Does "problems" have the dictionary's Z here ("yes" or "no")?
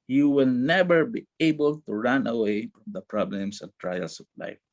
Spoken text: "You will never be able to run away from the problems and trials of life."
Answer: no